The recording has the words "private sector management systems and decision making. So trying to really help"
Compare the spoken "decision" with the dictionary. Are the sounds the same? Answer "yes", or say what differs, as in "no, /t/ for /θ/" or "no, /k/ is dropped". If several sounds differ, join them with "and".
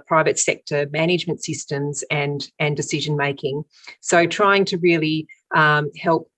yes